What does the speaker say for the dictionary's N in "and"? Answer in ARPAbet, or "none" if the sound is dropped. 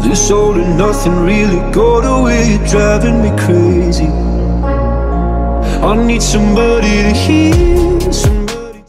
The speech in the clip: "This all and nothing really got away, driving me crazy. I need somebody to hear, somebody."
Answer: L